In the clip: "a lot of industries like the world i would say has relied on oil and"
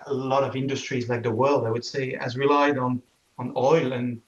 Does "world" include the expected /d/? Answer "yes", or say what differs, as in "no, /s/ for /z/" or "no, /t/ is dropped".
yes